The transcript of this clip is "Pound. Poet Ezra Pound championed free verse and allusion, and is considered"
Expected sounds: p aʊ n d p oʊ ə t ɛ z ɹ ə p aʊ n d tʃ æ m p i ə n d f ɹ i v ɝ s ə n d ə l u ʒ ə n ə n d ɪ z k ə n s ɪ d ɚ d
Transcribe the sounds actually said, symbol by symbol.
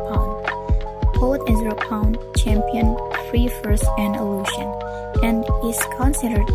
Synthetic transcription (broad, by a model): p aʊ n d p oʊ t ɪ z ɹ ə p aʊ n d tʃ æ m p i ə n f ɹ i f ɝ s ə n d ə l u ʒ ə n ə n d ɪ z k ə n s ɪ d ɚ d